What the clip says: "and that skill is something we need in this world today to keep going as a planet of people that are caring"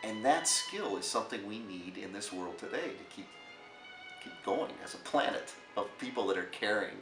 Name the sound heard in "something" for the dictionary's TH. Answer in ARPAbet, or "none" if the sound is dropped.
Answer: TH